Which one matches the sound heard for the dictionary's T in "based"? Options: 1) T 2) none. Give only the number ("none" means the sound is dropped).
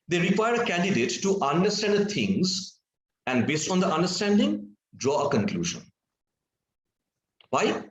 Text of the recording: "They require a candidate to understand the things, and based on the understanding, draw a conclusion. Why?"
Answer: 1